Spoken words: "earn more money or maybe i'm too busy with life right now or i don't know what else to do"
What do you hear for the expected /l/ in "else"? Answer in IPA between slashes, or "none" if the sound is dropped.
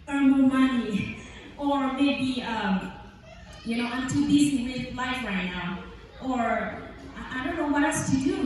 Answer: none